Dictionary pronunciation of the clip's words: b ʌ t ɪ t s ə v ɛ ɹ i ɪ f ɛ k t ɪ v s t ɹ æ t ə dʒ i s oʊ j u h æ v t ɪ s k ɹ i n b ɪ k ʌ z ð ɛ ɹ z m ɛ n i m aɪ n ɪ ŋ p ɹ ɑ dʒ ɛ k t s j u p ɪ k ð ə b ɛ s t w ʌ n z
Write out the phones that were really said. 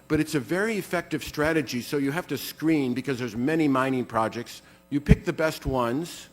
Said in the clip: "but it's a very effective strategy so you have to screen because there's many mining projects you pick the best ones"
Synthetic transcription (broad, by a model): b ʌ t ɪ t s ə v ɛ ɹ i ɪ f ɛ k t ɪ v s t ɹ æ t ə dʒ i s oʊ j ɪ h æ f t ɪ s k ɹ i n b ɪ k ʌ z ð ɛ ɹ z m ɛ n i m aɪ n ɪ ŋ p ɹ ɑ dʒ ɛ k t s j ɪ p ɪ k ð ə b ɛ s t w ʌ n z